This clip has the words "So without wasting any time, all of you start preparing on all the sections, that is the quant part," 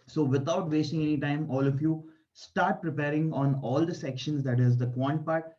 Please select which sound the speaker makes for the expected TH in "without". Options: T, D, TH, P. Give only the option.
T